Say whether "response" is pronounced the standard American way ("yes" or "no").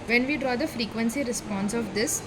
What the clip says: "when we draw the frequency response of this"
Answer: yes